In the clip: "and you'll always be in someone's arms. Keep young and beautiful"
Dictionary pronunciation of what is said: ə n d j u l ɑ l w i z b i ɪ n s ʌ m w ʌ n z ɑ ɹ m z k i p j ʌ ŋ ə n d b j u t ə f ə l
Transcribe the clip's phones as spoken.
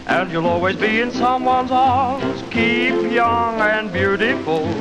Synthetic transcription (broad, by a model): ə n j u l ɑ l w i z b i ɪ n s ʌ m w ʌ n z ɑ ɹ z k i p j ʌ ŋ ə n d b j u t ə f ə l